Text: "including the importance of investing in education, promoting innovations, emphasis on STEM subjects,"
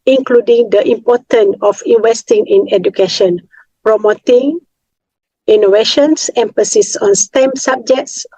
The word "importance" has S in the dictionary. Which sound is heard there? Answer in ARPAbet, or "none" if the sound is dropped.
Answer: none